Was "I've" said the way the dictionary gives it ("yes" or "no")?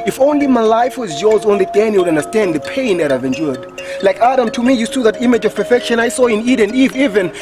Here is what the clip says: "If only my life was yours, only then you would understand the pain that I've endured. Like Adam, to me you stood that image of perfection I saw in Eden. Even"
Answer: yes